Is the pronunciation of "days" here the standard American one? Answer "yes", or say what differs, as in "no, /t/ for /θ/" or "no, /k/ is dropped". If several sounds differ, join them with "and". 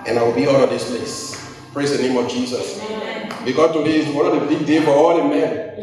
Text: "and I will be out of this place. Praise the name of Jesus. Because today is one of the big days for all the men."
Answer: no, /z/ is dropped